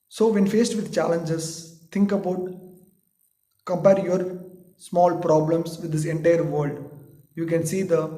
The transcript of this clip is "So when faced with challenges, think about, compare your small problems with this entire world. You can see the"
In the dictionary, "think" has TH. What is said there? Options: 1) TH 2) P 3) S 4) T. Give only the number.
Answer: 3